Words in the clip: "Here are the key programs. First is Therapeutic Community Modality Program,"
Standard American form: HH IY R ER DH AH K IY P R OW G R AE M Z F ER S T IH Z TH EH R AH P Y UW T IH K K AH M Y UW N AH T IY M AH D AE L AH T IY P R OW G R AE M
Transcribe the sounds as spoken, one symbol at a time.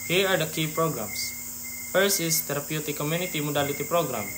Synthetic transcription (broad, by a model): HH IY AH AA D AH K IY P R OW G R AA M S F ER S IH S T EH R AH P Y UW T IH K K AH M Y UW N AH T IY M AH D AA L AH T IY P R OW G R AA M